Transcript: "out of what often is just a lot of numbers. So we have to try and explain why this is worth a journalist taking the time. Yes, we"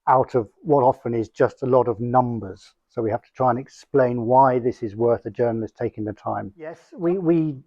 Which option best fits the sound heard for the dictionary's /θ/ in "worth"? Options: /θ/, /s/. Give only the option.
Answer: /θ/